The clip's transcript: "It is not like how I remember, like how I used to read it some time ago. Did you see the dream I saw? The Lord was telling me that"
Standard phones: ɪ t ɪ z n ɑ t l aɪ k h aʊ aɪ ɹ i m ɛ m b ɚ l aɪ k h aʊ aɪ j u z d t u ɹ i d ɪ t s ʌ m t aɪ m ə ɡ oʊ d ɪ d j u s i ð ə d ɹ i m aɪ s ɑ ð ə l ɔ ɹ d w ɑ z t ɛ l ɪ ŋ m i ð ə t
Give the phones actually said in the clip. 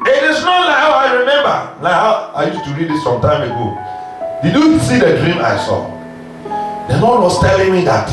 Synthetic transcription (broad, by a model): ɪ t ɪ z n ɑ t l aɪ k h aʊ aɪ ɹ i m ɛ m b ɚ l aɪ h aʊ aɪ j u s t u ɹ i d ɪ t s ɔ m t aɪ m ə ɡ oʊ d ɪ d j u s i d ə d ɹ i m aɪ s ɑ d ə n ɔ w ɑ s t ɛ l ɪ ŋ m i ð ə t